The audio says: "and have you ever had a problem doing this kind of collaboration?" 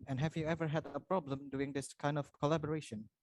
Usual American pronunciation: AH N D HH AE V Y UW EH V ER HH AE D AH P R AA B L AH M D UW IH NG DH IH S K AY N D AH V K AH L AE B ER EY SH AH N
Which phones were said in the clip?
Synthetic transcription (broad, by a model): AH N HH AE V Y UW EH V ER HH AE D AH P R AA B L AH M D UW IH NG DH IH S K AY N D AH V K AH L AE B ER EY SH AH N